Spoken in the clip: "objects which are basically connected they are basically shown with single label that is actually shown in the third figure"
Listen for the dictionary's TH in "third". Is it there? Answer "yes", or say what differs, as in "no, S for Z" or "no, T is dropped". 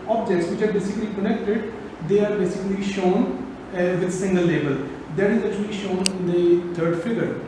no, T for TH